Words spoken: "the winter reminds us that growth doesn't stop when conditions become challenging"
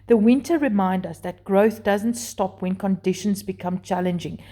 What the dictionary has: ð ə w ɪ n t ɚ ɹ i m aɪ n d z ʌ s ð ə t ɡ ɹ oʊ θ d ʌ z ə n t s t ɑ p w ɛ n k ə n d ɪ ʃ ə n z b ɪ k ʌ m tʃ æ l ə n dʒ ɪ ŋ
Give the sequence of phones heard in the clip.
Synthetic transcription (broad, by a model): ð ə w ɪ n t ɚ ɹ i m aɪ n d ʌ s ð ə t ɡ ɹ oʊ θ d ʌ z ə n t s t ɑ p w ɛ n k ə n d ɪ ʃ ə n z b ɪ k ʌ m tʃ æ l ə n dʒ ɪ ŋ